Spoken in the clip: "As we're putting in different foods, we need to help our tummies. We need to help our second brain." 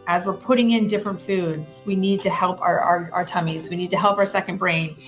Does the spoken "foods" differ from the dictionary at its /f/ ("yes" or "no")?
no